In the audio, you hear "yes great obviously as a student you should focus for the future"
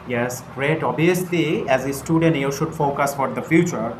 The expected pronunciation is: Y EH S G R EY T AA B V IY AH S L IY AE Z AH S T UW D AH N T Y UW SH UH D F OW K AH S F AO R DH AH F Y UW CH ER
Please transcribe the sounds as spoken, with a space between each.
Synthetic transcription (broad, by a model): Y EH S G R EY T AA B IY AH S L IY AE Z AH S T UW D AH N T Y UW SH UH D F OW K AH S F AO R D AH F Y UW CH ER